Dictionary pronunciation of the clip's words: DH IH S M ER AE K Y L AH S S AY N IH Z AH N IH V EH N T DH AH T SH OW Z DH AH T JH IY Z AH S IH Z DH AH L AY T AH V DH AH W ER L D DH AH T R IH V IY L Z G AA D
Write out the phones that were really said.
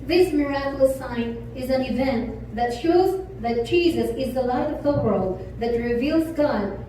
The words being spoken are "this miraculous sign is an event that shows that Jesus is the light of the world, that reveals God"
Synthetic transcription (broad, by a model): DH IH S M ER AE K Y L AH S S AY N IH Z AH N IH V EH N T DH AH T SH OW Z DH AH T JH IY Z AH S IH Z DH AH L AY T AH V DH AH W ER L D DH AH T R IH V IY L Z G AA D